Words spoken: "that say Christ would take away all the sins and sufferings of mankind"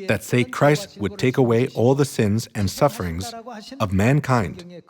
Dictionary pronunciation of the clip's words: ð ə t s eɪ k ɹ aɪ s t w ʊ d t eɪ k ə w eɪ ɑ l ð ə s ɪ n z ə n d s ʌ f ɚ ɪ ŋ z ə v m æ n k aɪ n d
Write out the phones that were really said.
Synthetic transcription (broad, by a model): ð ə t s eɪ k ɹ aɪ s t w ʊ d t eɪ k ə w eɪ ɑ l ð ə s ɪ n z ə n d s ʌ f ɚ ɪ ŋ z ə v m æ n k aɪ n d